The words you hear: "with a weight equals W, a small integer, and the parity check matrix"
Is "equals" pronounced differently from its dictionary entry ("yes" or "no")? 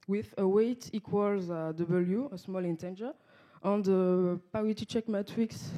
no